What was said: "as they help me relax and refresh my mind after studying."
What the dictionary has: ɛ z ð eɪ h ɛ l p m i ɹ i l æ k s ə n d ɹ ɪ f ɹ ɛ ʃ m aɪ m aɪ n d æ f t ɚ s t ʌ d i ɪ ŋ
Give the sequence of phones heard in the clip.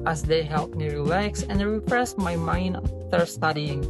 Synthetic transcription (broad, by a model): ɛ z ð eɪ h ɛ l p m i ɹ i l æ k s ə n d ɹ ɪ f ɹ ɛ s m aɪ m aɪ n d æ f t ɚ s t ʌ d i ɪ ŋ